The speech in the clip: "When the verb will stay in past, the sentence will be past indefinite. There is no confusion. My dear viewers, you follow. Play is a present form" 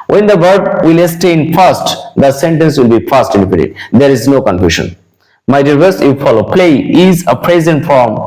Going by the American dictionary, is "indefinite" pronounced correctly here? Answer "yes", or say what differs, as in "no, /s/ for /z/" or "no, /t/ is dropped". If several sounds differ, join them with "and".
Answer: no, /p/ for /f/